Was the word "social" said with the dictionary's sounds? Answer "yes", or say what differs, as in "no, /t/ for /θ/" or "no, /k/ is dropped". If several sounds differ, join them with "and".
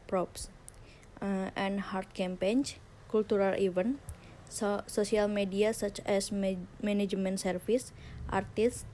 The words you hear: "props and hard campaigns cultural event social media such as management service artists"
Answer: no, /s/ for /ʃ/